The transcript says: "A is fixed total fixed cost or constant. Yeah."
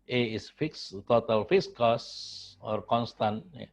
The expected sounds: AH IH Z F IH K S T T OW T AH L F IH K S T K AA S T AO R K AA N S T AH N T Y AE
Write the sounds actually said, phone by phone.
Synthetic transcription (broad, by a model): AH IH S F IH K S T T OW T AH L F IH S K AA S AO R K AA N S T AH N T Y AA